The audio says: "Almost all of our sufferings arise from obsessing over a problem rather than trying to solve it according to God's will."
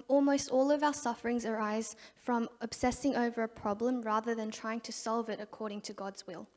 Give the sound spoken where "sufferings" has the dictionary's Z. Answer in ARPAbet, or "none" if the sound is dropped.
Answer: Z